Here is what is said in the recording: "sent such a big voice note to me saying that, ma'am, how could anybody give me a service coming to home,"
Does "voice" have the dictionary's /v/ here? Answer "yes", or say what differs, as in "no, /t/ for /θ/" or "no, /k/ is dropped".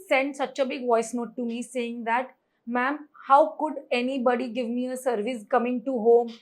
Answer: yes